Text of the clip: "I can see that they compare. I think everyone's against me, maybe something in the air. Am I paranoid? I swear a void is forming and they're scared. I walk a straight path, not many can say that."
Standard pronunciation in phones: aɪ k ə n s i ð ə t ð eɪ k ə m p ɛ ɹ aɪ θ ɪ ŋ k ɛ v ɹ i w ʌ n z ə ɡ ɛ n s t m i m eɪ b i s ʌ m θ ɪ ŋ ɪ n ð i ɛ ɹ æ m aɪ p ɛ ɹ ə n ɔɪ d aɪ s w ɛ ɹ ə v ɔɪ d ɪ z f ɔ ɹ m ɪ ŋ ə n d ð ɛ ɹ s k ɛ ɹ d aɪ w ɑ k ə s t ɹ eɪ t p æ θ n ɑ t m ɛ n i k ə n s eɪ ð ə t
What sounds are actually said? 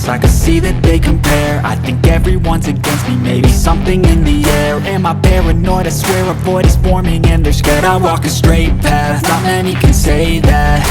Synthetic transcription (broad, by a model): aɪ k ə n s i ð ə t ð eɪ k ə m p ɛ ɹ aɪ θ ɪ ŋ k ɛ v ɹ i w ʌ n z ə ɡ ɛ n s t m i m eɪ b i s ʌ m θ ɪ ŋ ɪ n ð i ɛ ɹ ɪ m aɪ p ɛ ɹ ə n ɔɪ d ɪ s w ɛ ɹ ə b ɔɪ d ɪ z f ɔ ɹ m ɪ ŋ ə n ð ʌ ɹ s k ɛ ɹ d aɪ w ɑ k ə s t ɹ eɪ t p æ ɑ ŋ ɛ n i k ə n s eɪ ð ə t